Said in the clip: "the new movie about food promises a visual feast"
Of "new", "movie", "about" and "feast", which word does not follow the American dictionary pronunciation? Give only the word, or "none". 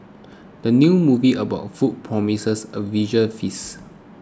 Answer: feast